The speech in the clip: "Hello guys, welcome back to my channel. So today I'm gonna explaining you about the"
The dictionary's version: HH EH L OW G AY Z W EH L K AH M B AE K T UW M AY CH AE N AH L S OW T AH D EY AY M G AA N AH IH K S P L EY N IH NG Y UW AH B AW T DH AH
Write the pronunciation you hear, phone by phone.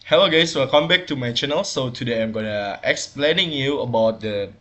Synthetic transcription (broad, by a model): HH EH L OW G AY S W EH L K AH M B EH K T UW M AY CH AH N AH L S OW T AH D EY AY M G AA N AH IH K S P L EY N IH NG Y UW AH B AW T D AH